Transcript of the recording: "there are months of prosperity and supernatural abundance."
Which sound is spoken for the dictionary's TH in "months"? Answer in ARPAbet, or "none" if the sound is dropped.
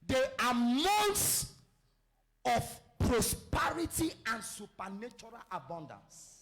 T